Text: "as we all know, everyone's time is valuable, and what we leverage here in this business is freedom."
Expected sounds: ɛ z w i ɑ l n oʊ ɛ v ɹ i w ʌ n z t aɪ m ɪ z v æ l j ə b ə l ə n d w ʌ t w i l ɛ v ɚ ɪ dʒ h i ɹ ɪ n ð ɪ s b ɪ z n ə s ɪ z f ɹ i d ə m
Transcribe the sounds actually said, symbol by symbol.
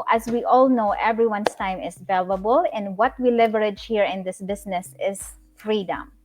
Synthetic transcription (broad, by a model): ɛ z w i ɑ l n oʊ ɛ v ɹ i w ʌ n s t aɪ m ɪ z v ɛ l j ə b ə l ə n d w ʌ t w i l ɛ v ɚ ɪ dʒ h i ɹ ɪ n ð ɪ s b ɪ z n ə s ɪ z f ɹ i d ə m